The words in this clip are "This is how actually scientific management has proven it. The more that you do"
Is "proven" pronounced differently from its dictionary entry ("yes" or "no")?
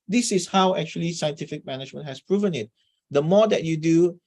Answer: no